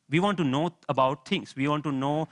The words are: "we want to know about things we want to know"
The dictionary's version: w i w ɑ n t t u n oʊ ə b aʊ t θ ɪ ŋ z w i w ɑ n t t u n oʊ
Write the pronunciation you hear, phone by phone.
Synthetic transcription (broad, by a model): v i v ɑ n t t u n oʊ ə b aʊ t t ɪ ŋ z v i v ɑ n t t u n oʊ